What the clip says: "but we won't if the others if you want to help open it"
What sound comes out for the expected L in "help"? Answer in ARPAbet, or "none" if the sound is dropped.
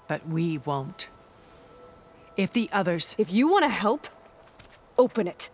L